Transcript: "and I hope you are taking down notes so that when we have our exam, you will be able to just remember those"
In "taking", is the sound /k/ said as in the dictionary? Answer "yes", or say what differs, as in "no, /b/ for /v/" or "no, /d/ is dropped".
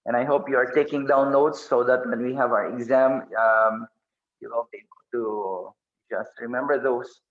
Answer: yes